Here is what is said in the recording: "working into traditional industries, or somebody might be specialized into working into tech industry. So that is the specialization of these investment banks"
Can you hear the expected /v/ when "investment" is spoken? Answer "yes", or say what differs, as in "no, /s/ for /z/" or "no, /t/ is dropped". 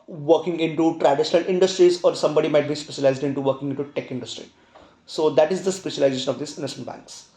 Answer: no, /v/ is dropped